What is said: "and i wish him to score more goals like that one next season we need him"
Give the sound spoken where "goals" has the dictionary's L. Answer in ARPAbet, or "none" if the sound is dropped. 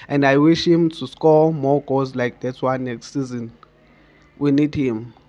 none